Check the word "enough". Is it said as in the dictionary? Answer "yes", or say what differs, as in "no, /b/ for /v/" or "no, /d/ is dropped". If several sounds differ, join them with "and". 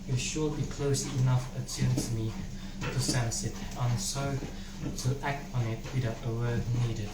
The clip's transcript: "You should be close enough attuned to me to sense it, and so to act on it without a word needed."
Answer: yes